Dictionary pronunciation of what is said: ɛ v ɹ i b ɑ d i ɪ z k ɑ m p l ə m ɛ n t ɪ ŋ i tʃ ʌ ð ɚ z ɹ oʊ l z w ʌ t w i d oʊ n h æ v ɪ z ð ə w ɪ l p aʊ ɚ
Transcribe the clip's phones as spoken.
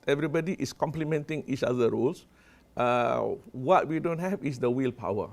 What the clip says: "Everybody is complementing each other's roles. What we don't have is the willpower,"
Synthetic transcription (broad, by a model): ɛ v ɹ i b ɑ d i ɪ s k ɑ m p l ə m ɛ n t ɪ ŋ i tʃ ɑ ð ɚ ɹ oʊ l s w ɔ t w i d oʊ n h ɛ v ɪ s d ə w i l p aʊ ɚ